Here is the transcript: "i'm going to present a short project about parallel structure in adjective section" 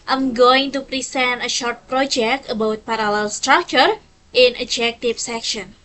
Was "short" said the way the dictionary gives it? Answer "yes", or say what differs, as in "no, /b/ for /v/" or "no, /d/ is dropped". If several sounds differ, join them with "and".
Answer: yes